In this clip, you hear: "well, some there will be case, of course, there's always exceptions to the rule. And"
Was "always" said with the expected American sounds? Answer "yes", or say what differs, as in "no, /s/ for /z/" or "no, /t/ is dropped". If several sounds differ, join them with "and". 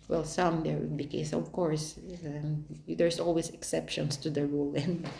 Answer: no, /s/ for /z/